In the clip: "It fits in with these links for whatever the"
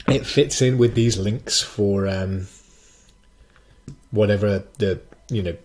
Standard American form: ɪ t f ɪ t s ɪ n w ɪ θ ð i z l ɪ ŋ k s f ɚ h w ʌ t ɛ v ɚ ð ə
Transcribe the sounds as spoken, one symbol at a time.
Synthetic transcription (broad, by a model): ɪ t f ɪ t s ɪ n w ɪ ð i z l ɪ ŋ k s f ɚ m w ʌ t ɛ v ɚ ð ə